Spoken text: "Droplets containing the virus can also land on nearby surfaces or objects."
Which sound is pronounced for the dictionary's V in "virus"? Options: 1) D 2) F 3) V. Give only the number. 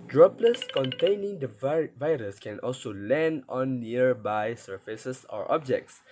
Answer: 3